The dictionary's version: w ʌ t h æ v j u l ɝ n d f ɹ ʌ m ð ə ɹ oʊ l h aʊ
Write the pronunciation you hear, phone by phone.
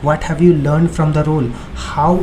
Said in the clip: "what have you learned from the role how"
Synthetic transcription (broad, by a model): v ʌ t h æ v j u l ɝ n d f ɹ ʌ m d ə ɹ oʊ l h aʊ